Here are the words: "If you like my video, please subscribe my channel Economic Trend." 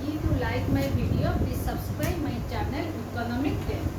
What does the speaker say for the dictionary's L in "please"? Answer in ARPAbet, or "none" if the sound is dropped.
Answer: none